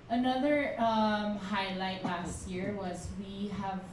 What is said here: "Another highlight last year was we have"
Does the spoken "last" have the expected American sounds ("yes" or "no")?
yes